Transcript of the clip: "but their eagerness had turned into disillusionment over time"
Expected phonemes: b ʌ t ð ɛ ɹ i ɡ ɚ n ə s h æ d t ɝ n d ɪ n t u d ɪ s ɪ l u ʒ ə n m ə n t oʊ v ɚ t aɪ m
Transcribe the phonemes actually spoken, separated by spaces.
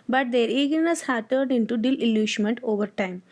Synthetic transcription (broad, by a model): b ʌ t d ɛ ɹ i ɡ ɚ n ə s h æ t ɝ d ɪ n t u d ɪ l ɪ l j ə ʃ m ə n t oʊ v ɚ t aɪ m